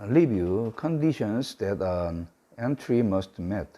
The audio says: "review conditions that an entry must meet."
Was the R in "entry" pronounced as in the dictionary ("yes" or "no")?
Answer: yes